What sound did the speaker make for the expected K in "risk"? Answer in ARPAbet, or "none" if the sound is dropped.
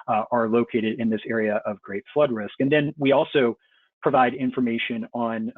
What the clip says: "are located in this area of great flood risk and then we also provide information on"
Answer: K